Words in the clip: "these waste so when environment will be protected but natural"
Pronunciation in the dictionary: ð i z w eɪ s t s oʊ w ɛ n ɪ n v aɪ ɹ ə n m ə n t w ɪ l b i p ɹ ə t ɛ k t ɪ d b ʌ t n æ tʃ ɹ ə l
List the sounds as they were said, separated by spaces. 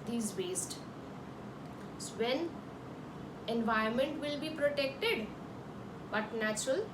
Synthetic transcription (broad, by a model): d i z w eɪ s t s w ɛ n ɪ n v aɪ ə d m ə n t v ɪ l b i p ɹ ə t ɛ k t ɪ d b ʌ t n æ tʃ ɹ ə l